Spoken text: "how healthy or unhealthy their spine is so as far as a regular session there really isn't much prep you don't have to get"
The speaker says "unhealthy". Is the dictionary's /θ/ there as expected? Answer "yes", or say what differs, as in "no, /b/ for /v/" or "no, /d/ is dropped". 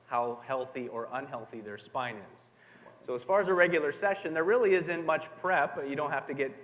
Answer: yes